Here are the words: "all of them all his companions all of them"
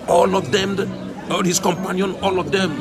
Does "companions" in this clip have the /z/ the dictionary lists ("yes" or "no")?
no